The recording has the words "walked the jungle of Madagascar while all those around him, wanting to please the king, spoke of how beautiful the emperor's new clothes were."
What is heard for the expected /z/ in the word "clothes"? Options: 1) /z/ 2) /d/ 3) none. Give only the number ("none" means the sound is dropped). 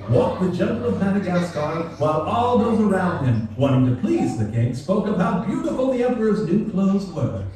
1